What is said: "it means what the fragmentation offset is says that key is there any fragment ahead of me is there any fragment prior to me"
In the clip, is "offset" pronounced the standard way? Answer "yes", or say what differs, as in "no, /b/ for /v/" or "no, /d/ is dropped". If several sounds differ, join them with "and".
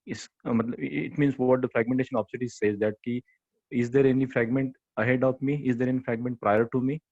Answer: no, /p/ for /f/